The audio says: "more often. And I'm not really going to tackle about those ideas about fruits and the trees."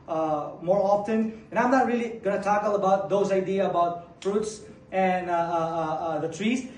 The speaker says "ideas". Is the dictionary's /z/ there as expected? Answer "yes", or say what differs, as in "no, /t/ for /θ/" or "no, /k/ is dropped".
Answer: no, /z/ is dropped